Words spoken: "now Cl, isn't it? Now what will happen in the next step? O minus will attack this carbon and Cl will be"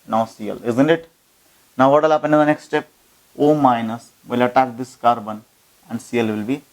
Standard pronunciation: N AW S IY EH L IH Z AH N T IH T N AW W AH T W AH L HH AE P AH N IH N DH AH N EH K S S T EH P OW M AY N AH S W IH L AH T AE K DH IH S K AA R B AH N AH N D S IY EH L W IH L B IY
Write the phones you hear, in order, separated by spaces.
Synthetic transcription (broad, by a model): N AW S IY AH L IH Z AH N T IH T N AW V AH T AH L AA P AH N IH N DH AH N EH K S S T EH P OW M AY N AH S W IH L AH T AE K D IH S K AA R B AH N AH N D S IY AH L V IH L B IY